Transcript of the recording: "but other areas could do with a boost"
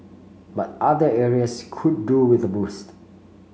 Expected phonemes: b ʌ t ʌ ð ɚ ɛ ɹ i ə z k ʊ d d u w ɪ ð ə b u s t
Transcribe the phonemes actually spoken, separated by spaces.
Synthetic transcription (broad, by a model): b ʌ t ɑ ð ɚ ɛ ɹ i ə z k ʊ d d u w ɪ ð ə b u s t